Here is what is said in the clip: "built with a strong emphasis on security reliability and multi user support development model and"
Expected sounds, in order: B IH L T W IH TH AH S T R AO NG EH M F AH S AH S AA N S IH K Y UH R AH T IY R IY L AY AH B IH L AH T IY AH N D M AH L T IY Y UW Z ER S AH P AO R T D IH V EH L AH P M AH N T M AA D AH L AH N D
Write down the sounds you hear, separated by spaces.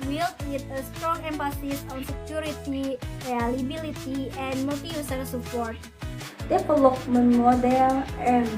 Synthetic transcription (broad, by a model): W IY L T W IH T AH S T R AO NG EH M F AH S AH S AA N S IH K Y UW R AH T IY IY L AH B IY L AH T IY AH N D M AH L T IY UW S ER S AH P AO R T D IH P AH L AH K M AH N M AA D AH L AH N